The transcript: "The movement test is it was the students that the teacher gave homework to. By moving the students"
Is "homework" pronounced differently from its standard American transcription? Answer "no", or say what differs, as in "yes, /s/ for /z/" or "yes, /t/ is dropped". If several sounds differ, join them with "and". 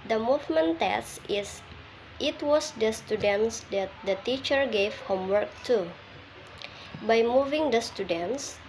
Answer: no